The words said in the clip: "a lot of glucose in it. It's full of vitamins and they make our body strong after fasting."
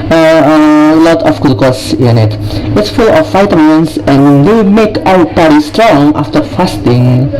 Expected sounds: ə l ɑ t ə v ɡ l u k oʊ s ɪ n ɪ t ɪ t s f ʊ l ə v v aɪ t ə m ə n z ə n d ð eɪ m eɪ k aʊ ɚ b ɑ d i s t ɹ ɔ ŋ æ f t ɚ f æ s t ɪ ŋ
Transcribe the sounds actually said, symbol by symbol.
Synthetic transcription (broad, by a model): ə l ɑ t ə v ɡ u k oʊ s ɪ n ɪ t ɪ t s f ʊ l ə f aɪ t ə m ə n s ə n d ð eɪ m eɪ k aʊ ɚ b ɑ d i s t ɹ ɔ ŋ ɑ f t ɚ f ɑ s t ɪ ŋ